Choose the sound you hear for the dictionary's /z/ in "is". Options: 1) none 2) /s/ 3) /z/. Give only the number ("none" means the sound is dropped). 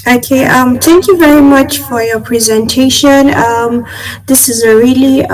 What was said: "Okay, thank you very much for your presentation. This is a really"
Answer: 3